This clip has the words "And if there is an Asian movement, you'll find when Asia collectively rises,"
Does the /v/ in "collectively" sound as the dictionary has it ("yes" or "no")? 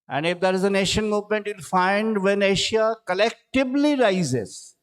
no